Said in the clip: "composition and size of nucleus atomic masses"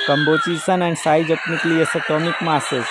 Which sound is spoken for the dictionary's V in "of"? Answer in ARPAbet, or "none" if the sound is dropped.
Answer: P